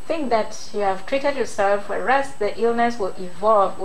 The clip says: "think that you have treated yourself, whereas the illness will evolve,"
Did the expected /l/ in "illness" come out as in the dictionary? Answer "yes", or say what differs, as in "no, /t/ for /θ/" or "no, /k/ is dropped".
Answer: yes